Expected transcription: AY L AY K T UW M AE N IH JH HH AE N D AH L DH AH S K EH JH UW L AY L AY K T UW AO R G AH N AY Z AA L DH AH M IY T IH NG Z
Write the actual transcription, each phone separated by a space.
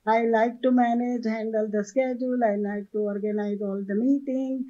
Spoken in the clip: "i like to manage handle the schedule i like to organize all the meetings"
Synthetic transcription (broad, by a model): AY L AY K T UW M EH N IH JH HH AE N D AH L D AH S K EH JH UW L AY L AY K T UW AO R G AH N AY Z AA L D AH M IY T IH NG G